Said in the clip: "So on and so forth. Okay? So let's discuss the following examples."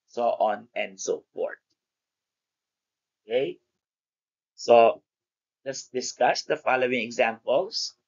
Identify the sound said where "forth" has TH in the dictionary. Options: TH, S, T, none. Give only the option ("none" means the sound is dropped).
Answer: T